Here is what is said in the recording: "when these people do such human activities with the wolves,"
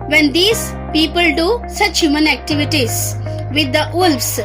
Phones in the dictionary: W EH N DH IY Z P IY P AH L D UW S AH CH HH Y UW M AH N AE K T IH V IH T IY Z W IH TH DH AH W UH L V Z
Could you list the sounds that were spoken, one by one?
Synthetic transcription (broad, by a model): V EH N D IY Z P IY P AH L D UW S AH CH HH Y UW M AH N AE K T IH V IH T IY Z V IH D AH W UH L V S